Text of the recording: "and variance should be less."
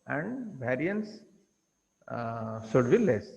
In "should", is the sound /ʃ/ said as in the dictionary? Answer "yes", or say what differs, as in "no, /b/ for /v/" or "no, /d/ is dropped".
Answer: no, /s/ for /ʃ/